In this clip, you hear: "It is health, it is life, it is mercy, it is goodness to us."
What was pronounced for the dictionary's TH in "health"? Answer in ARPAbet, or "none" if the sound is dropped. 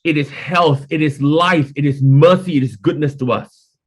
TH